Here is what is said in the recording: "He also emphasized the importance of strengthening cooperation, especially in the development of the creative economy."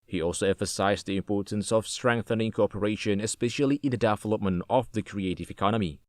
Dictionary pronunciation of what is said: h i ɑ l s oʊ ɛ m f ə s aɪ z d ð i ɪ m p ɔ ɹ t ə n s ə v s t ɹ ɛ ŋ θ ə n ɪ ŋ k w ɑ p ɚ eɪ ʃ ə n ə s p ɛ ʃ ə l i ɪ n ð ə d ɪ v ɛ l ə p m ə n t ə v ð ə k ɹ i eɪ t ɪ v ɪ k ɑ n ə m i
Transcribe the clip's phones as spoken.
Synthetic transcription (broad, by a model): h i ɑ l s oʊ ɛ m f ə s aɪ z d ð i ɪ m p ɔ ɹ t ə n s ə v s t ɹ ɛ ŋ θ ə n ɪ ŋ k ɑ p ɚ eɪ ʃ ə n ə s p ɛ ʃ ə l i ɪ n ð ə d ɪ v ɛ l ə p m ə n t ə v ð ə k ɹ i eɪ t ɪ v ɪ k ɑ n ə m i